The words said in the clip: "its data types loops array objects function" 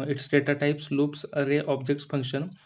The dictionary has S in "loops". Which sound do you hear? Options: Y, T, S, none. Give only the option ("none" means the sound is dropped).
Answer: S